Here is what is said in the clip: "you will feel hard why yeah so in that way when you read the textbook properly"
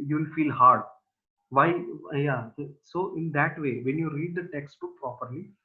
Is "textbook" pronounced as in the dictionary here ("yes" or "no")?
no